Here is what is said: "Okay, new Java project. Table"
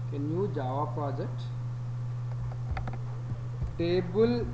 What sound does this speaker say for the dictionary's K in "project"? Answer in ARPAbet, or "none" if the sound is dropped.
none